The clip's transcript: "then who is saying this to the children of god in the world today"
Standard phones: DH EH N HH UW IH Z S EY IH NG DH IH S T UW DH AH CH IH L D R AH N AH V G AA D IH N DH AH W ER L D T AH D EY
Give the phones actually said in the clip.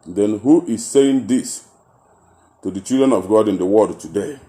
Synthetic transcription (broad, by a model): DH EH N HH UW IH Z S EY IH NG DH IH S T UW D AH CH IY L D R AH N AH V G AA D IH N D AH W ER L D T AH D EY